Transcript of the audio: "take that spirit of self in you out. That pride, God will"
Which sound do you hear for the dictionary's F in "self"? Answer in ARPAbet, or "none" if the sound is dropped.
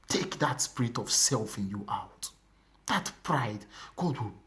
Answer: F